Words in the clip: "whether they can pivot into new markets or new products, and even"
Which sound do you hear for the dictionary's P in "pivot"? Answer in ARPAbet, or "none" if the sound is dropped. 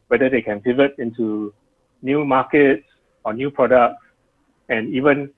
F